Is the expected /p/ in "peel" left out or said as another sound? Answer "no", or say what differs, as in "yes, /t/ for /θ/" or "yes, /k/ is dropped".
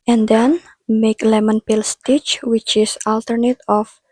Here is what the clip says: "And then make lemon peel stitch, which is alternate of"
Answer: no